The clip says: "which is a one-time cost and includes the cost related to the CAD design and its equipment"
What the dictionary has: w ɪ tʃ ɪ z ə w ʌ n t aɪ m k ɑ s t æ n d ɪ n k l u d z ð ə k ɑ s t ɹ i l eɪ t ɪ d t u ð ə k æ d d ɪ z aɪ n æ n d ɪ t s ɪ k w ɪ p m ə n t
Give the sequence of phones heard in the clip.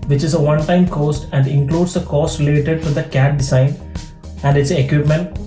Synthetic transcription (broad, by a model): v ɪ tʃ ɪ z ə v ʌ n t aɪ m k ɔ s t æ n d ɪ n k l u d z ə k ɑ s t l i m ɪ t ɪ d t u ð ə k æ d d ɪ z aɪ n æ n d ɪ t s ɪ k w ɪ p m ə n t